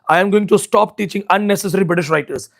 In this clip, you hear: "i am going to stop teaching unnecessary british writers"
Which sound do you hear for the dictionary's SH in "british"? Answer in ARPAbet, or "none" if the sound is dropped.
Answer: SH